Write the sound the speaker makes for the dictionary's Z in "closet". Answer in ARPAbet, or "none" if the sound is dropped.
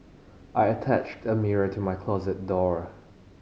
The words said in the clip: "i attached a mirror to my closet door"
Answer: Z